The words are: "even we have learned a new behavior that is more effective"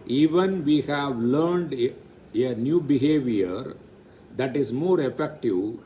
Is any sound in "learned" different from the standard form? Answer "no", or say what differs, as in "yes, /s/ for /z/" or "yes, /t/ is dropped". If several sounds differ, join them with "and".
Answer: no